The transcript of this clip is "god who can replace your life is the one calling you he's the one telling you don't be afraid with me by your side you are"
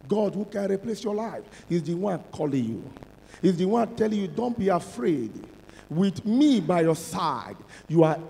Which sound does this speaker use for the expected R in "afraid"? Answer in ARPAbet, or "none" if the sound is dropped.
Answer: R